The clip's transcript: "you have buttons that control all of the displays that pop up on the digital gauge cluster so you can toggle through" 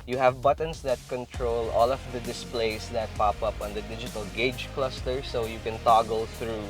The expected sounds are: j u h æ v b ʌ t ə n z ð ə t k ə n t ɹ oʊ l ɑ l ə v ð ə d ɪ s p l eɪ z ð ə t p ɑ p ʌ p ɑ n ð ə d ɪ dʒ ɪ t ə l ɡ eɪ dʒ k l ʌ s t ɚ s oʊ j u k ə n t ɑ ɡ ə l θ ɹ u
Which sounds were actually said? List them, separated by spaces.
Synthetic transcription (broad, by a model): j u h æ v b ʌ t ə n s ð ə t k ə n t ɹ oʊ l ɑ l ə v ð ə d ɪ s p l eɪ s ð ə t p ɑ p ʌ p ɑ n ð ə d ɪ dʒ ɪ t ə l ɡ eɪ dʒ k l ʌ s t ɚ s oʊ j u k ə n t ɑ ɡ ə l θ ɹ u